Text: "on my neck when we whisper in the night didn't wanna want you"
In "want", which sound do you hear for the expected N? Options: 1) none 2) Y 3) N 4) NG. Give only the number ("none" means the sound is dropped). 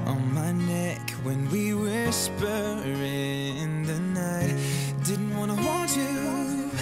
1